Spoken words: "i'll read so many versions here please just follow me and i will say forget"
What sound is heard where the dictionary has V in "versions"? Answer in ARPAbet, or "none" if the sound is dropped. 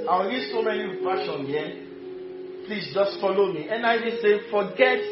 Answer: P